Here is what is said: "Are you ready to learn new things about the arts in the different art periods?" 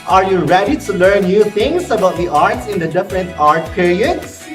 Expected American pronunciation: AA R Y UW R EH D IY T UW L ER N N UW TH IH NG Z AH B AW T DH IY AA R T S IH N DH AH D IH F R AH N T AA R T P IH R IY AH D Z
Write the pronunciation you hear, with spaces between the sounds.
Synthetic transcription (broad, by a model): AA R Y UW R EH D IY T UW L ER N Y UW T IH NG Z AH B AW T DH IY AA R T S IH N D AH D IH F R AH N T AA R T P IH R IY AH D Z